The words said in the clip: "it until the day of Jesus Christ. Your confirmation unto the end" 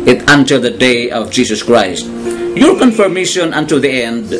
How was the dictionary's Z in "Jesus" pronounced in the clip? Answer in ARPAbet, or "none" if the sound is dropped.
S